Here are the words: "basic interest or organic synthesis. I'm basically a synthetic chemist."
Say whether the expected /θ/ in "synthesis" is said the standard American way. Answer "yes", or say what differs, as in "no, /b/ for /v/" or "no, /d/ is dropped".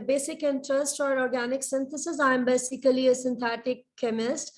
no, /t/ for /θ/